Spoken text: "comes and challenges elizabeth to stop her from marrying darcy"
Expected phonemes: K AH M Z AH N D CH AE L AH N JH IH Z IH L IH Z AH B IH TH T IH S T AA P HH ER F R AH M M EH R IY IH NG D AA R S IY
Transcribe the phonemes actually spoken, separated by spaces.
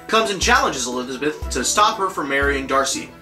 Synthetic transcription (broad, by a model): K AH M Z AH N CH AE L AH N JH IH Z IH L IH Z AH B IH TH T IH S T AA P HH ER F R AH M M EH R IY IH NG D AA R S IY